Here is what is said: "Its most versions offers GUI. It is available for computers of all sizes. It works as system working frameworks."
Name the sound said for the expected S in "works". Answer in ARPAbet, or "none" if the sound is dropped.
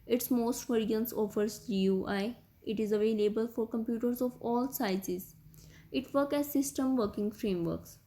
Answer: none